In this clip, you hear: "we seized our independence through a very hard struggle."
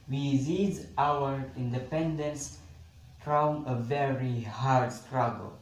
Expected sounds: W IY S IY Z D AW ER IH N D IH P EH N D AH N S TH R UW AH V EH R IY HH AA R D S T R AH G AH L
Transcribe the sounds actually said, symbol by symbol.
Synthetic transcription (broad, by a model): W IY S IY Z AW ER IH N D IH P EH N D AH N S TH R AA AH V EH R IY HH AA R D S T R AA G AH L